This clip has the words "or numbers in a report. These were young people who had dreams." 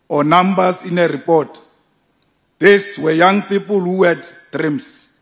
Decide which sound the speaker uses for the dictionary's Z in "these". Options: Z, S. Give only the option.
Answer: S